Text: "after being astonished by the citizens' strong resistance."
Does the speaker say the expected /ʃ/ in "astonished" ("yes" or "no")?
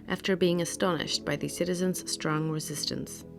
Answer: yes